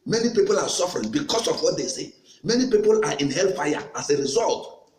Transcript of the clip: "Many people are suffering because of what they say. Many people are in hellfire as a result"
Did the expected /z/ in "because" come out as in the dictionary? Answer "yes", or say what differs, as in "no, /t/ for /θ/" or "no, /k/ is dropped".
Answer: no, /s/ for /z/